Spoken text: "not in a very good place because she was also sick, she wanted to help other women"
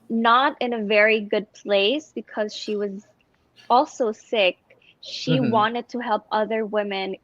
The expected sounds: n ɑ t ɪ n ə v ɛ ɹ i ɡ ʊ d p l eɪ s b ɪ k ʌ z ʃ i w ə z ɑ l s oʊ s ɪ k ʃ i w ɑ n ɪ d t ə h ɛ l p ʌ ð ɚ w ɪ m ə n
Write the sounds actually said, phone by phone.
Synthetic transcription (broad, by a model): n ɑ t ɪ n ə v ɛ ɹ i ɡ ʊ d p l eɪ s b ɪ k ʌ z ʃ i w ə z ɑ l s oʊ s ɪ k ʃ i w ɑ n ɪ d t ə h ɛ l p ʌ ð ɚ w ɪ m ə n